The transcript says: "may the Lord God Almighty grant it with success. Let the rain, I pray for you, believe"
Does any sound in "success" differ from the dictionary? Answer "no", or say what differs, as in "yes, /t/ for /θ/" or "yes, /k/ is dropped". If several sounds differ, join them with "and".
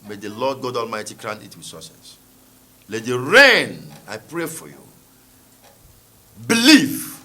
yes, /k/ is dropped